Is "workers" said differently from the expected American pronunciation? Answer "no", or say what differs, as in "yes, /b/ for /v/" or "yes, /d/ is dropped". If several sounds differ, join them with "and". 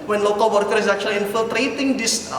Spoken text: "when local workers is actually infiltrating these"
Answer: yes, /z/ is dropped